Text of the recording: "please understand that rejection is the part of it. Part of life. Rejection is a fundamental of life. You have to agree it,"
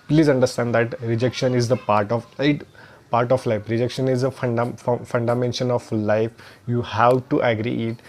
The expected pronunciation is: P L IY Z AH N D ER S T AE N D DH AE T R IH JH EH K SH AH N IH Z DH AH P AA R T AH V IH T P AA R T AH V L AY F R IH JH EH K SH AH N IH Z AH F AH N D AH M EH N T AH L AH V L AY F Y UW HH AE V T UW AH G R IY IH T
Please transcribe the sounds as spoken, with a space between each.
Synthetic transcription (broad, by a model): P L IY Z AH N D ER S T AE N D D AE T R IH JH EH K SH AH N IH Z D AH P AA R T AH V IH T P AA R T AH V L AY F R IH JH EH K SH AH N IH Z AH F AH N D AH M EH N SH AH N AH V L AY F Y UW HH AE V T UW AH G R IY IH T